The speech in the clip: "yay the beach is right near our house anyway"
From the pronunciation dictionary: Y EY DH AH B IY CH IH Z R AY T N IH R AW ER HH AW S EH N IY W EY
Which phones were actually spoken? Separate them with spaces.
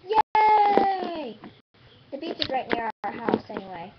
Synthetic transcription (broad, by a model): Y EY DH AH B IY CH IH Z R AY T N IH R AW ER HH AW S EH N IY W EY